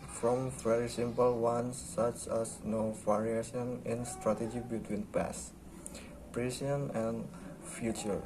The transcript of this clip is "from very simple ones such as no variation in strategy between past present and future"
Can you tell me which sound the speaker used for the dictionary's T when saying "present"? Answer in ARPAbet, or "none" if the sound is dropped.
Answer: none